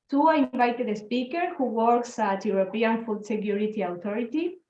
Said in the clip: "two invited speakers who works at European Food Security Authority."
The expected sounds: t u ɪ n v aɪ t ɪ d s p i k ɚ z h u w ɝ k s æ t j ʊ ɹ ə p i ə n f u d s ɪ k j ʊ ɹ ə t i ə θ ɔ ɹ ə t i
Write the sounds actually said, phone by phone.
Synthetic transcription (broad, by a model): t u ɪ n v aɪ t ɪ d s p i k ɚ h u w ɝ k s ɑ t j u ɹ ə p i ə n f u d s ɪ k j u ɹ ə t i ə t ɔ ɹ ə t i